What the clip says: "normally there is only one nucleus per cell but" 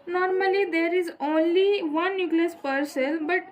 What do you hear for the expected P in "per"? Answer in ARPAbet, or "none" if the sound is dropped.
P